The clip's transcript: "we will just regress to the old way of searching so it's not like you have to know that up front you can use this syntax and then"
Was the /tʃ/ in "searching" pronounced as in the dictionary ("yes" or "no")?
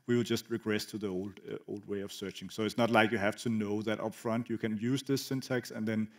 yes